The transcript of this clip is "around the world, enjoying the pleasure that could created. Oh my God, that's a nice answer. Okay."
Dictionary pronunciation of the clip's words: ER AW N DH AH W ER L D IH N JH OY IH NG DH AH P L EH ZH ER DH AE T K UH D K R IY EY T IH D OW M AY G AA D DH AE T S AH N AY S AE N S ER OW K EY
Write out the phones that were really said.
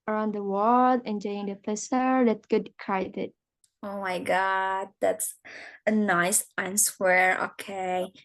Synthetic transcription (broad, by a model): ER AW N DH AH W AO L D IH N JH OY IH NG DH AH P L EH S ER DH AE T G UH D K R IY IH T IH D OW M AY G AA D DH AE T S AH N AY S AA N S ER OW K EY